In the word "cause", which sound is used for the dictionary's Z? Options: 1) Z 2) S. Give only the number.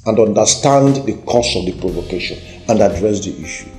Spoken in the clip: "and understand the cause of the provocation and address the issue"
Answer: 2